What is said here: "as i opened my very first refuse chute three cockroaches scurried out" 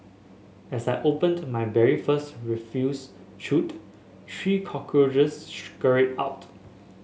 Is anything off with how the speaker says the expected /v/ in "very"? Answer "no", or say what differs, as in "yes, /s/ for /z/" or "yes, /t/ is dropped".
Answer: yes, /b/ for /v/